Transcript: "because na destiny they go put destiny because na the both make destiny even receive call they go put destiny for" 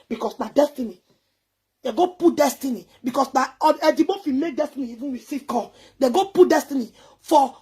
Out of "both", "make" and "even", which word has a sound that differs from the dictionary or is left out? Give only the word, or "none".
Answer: both